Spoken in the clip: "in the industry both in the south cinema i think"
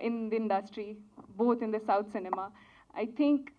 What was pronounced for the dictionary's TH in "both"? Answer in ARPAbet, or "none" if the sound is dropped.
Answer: T